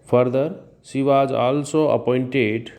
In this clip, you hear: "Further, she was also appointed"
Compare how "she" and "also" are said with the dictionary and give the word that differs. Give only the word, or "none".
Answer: she